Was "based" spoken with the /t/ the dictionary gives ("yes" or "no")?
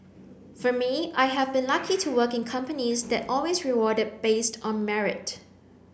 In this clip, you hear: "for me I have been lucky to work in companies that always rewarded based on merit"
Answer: yes